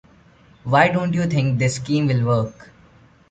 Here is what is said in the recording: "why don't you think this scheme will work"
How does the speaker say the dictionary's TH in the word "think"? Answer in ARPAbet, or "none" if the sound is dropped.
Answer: T